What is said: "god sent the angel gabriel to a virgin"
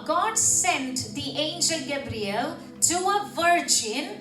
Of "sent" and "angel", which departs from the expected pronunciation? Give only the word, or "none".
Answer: none